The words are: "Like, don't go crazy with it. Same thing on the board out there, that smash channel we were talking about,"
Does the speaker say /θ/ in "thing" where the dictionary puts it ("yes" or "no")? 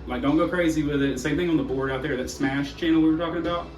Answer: yes